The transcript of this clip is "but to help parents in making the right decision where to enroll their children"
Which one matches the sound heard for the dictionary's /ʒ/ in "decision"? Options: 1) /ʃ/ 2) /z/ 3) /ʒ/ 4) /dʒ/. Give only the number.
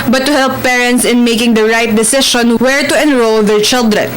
1